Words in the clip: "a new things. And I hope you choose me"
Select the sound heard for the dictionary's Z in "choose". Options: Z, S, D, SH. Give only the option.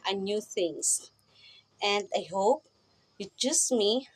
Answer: S